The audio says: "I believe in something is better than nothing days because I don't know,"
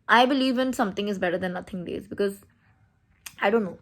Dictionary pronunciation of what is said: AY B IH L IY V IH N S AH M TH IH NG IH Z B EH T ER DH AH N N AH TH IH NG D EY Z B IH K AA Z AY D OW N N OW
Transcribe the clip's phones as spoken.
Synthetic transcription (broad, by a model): AY B IH L IY V IH N S AH M T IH NG IH Z B EH T ER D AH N N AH T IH NG D EY Z B IH K AA Z AY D OW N N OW